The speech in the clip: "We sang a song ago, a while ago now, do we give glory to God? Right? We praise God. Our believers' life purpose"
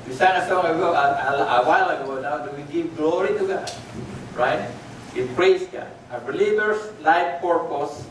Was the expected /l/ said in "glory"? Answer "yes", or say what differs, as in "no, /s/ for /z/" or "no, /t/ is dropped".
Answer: yes